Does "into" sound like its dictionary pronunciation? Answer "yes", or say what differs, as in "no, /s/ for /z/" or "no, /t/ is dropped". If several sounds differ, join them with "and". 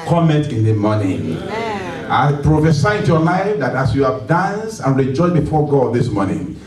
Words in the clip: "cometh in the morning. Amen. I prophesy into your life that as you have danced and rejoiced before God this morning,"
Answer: no, /n/ is dropped